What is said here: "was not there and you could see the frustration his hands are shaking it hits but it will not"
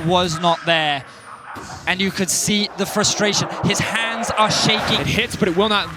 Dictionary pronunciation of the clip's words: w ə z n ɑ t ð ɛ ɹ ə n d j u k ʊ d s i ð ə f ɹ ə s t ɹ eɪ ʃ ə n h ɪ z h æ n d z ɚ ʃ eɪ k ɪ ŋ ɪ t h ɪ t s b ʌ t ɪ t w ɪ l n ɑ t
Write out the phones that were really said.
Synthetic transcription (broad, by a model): w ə z n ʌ t ð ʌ ɹ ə n j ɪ k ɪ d s i ð ə f ɹ ə s t ɹ eɪ ʃ ə n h ɪ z h æ n d z ɚ ʃ eɪ ɪ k ɪ t h ɪ t s b ʌ t ɪ t w ɪ l n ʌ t